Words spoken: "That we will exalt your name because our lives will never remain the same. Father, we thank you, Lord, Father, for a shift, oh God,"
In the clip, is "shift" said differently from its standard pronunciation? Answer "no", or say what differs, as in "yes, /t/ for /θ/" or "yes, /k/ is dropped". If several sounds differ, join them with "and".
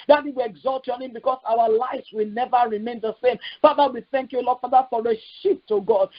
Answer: yes, /p/ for /f/